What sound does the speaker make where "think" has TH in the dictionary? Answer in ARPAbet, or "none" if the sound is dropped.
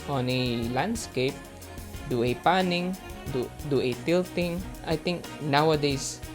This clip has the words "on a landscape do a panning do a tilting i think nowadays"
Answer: T